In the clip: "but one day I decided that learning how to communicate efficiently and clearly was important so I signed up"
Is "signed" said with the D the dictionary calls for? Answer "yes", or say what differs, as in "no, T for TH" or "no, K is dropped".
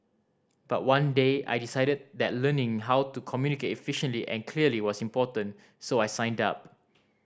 yes